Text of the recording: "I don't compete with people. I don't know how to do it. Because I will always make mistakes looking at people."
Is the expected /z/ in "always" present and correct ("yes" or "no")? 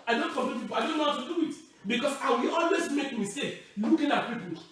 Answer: no